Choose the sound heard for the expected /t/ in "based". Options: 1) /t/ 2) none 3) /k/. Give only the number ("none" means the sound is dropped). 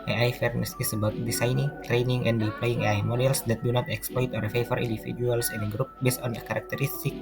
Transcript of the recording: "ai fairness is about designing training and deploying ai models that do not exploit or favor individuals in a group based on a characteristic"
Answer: 1